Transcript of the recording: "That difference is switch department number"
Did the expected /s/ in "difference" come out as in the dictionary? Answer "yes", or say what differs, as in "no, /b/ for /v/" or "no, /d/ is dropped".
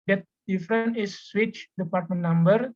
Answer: no, /s/ is dropped